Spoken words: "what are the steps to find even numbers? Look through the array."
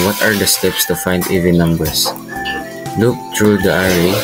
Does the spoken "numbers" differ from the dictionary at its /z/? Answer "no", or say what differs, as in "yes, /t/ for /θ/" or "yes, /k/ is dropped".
yes, /s/ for /z/